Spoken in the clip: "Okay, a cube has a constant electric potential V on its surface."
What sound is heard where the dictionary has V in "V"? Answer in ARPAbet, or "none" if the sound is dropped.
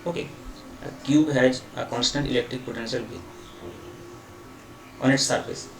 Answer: B